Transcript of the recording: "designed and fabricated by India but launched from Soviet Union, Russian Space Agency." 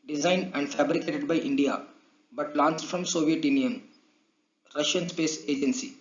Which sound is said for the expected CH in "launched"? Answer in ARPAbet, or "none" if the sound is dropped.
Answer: S